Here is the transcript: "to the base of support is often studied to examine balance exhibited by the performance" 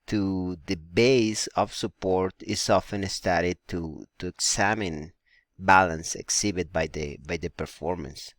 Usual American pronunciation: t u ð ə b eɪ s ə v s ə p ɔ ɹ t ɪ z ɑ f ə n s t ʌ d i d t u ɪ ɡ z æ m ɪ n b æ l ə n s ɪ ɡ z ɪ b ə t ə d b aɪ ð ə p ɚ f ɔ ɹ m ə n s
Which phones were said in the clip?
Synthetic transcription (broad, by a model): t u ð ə b eɪ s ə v s ə p ɔ ɹ t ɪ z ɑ f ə n s t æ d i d t u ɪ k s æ m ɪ n b æ l ə n s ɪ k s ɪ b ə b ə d b aɪ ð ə p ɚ f ɔ ɹ m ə n s